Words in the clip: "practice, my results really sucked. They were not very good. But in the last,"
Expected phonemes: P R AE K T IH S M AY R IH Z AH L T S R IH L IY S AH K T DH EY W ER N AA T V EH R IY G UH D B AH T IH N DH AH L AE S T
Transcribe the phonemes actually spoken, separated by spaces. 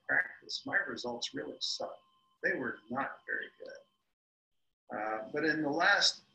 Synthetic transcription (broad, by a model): P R AE K T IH S M AY R IH Z AH L T S R IH L IY S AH DH EY W ER N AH T V EH R IY G UH D B AH T IH N DH AH L AE S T